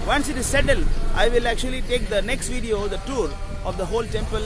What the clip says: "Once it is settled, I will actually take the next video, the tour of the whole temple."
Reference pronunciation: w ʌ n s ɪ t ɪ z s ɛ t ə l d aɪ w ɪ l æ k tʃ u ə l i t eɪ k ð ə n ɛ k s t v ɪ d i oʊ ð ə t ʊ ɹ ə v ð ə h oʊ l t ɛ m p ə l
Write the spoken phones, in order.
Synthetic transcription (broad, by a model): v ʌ n s ɪ t ɪ z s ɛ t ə l aɪ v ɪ l æ k tʃ u ə l i t eɪ k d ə n ɛ k s t v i d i oʊ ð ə t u ɹ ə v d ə h oʊ l t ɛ m p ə l